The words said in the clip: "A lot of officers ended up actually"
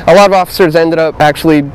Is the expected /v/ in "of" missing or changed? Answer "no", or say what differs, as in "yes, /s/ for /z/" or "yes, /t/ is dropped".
no